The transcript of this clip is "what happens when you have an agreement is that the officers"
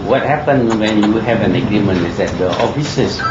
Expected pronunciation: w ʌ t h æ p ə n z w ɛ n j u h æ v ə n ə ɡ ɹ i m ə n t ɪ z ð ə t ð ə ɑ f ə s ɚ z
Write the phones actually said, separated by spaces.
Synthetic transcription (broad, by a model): w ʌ t h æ p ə n w ɛ n j u h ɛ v ə n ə ɡ ɹ i m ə n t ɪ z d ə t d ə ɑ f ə s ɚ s